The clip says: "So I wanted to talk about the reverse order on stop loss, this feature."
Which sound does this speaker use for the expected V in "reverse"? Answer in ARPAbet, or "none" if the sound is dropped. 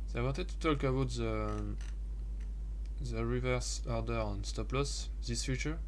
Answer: V